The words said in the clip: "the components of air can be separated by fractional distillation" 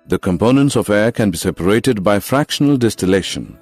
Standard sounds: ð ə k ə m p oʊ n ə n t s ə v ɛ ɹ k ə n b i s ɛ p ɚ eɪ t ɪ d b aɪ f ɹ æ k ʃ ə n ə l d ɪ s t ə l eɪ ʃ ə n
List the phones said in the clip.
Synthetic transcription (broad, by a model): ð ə k ə m p oʊ n ə n t s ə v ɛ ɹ k ə n b i s ɛ p ɚ eɪ t ɪ d b aɪ f ɹ æ k ʃ ə n ə l d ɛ s t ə l eɪ ʃ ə n